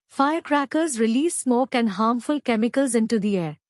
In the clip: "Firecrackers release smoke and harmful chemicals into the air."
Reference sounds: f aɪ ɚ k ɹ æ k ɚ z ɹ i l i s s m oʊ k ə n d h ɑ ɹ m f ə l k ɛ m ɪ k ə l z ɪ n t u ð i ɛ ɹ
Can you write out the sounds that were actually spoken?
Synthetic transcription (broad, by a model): f aɪ ɚ k ɹ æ k ɚ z ɹ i l i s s m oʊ k ə n d h ɑ ɹ m f ə l k ɛ m ɪ k ə l z ɪ n t u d i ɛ ɹ